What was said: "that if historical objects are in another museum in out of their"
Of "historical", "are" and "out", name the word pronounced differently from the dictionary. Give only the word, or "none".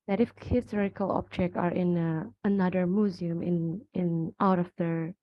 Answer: none